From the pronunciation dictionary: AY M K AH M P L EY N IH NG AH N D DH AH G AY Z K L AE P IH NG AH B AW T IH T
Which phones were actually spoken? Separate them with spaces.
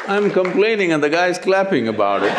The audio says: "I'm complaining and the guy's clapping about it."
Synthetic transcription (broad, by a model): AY M K AH M P L EY N IH NG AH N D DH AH G AY Z K L AE P IH NG AH B AW T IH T